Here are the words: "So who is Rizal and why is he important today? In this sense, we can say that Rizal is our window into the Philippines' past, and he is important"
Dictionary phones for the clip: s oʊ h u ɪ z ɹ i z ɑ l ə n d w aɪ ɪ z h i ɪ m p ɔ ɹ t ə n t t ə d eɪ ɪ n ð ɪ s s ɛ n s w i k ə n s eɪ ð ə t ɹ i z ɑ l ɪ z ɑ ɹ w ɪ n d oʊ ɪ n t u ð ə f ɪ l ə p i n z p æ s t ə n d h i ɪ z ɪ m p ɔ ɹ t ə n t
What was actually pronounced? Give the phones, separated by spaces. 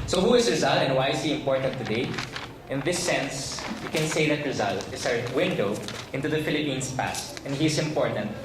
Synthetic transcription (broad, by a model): s oʊ h u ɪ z ɹ i z ɑ l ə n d w aɪ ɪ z h i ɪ m p ɔ ɹ t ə n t t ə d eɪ ɪ n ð ɪ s s ɛ n s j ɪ k ə n s eɪ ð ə t ɹ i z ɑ l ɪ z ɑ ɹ w ɪ n d oʊ ɪ n t u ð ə f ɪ l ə p i n s p æ s t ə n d h i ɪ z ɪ m p ɔ ɹ t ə n t